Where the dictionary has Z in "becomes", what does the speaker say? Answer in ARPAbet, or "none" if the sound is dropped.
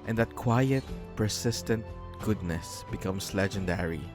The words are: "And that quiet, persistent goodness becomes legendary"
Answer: S